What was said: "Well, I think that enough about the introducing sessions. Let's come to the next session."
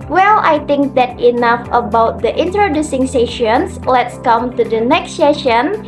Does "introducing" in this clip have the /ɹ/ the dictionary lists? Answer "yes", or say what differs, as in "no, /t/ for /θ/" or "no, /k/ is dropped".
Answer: yes